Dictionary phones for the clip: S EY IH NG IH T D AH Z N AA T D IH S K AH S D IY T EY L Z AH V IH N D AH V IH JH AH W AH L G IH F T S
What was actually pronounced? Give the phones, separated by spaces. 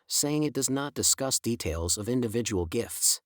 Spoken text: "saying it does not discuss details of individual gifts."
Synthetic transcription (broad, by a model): S EY IH NG IH T D AH Z N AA T D IH S K AH S D IY T EY L Z AH V IH N D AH V IH JH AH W L G IH F T S